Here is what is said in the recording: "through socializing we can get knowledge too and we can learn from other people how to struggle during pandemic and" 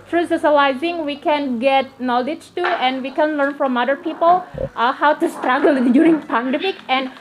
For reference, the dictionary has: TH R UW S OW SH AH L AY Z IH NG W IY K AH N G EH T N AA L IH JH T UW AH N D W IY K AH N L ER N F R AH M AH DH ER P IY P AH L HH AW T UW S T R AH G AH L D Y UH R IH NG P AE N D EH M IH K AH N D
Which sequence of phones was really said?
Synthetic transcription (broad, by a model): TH R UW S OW S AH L AY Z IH NG W IY K AH N G EH T N AA L IH JH T UW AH N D W IY K AH N L ER N F R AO M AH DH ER P IY P AH L HH AW T UW S T R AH G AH L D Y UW R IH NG P AE N D EH M IH K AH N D